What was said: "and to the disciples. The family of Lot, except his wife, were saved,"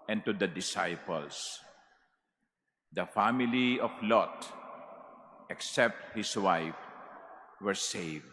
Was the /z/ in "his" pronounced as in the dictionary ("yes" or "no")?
no